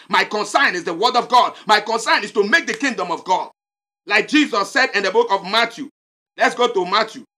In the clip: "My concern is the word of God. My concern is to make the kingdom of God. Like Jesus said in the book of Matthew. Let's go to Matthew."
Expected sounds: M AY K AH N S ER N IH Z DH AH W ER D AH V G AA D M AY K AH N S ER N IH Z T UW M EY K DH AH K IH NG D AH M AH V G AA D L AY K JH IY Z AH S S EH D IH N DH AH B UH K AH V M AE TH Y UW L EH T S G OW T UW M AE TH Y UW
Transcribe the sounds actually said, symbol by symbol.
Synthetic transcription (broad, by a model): M AY K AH N S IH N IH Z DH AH W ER D AH V G AA D M AY K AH N S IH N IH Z T UW M EY K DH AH K IH NG D AH M AH V G AA D L AY K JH IY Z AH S S EH D IH N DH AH B UH K AH V M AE T Y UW L EH T S G OW T UW M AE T Y UW